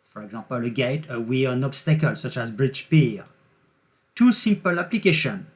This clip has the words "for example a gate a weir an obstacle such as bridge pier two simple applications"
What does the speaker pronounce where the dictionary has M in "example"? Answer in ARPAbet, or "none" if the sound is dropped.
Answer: none